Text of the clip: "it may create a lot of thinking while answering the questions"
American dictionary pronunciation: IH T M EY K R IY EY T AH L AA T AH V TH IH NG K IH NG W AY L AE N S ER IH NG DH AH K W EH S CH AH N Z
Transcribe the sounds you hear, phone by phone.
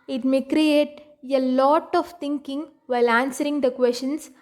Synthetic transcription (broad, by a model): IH T M EY K R IY EY T AH L AA T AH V T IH NG K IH NG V AY L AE N S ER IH NG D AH K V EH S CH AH N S